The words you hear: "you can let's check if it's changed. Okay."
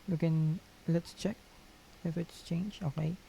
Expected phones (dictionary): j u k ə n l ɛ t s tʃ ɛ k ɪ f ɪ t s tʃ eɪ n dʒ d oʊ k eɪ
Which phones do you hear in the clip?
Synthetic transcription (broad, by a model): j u k ə n l ɛ t s tʃ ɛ k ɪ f ɪ t s tʃ eɪ n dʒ oʊ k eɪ